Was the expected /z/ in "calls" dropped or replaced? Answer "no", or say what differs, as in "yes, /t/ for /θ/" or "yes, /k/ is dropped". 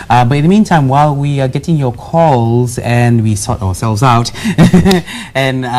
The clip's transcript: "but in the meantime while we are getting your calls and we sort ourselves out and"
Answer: no